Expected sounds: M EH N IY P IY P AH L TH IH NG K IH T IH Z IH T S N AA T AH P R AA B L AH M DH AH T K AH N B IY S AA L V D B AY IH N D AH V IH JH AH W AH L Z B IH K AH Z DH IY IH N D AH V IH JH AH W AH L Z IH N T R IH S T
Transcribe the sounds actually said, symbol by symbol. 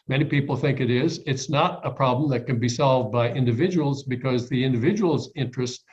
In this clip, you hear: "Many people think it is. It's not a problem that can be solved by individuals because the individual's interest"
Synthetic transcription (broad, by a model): M EH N IY P IY P L TH IH NG K IH T IH Z IH T S N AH T AH P R AA B L AH M DH AH T K AH N B IY S AA L V D B AY IH N D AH V IH JH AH W L Z B IH K AH Z DH IY IH N D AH V IH JH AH W L Z IH N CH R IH S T